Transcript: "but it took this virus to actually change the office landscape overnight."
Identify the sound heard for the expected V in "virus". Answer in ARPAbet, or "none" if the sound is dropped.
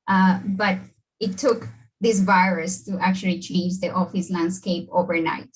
V